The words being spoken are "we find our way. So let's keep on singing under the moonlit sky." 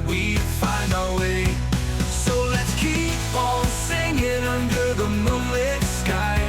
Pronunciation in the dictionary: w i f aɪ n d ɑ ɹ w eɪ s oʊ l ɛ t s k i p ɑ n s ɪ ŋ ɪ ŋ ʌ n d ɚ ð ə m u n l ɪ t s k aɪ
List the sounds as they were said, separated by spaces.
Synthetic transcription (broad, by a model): w i f aɪ n d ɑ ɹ w eɪ s oʊ l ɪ t s k i p ɑ l s ɪ ŋ ɪ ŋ ʌ n d ɚ ð ə m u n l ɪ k s k aɪ